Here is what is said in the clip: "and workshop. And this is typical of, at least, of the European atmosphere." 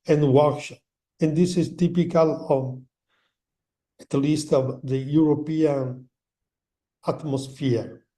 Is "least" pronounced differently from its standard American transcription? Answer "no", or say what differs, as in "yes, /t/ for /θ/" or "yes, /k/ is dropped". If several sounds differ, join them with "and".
no